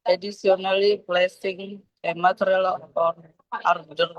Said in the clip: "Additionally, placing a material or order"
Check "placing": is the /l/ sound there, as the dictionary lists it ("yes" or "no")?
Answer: yes